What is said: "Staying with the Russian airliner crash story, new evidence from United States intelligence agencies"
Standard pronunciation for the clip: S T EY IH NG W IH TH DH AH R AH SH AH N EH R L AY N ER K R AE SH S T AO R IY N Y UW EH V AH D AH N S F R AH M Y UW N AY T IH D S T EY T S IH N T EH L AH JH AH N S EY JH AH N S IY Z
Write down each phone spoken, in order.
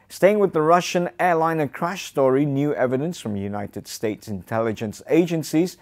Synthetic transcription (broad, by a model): S T EY IH NG W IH DH AH R AH SH AH N EH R L AY N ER K R AE SH S T AO R IY N Y UW EH V AH D AH N S F R AH M Y UW N AY T IH D S T EY T S IH N T EH L AH JH AH N S EY JH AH N S IY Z